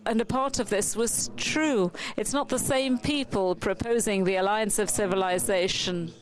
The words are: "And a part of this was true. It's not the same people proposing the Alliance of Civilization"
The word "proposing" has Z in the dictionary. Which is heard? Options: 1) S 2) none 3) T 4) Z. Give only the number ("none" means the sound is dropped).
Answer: 4